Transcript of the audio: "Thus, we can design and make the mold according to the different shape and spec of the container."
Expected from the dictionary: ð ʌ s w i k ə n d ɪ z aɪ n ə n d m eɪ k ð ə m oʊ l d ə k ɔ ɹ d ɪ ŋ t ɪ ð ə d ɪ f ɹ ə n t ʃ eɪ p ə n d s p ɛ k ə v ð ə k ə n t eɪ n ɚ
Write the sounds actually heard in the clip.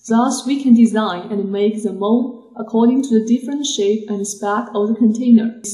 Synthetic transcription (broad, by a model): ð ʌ s w i k ə n d ɪ z aɪ n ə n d m eɪ k ð ə m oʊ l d ə k ɔ ɹ d ɪ ŋ t ɪ ð ə d ɪ f ɹ ə n t ʃ eɪ p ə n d s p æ k ə v ð ə k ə n t eɪ n ɚ